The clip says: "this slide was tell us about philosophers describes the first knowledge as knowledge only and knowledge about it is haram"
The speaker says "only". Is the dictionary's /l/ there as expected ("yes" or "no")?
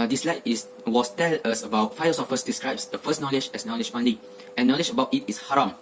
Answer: no